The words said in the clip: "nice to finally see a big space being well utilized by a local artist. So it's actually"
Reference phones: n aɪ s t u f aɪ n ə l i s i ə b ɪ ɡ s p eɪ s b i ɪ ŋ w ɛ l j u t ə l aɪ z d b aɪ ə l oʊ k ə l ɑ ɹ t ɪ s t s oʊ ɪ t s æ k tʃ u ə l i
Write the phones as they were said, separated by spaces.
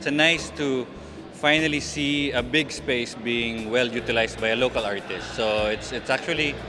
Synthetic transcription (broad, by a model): n aɪ s t u f aɪ n ə l i s i ə b ɪ ɡ s p eɪ s b i ɪ ŋ w ɛ l j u t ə l aɪ s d b aɪ ə l oʊ k ə l ɑ ɹ t ɪ s t s oʊ ɪ t s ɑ k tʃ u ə l i